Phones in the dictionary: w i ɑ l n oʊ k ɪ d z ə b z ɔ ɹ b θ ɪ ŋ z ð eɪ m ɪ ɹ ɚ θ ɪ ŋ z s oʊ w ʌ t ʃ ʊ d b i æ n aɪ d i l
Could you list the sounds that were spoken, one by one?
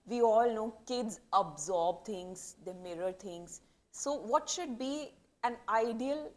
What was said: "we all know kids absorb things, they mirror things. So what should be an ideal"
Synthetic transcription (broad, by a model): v i ɑ l n oʊ k ɪ d z ə b z ɔ ɹ b t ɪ ŋ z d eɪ m ɪ ɹ ɚ t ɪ ŋ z s oʊ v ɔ t ʃ ʊ d b i æ n aɪ d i l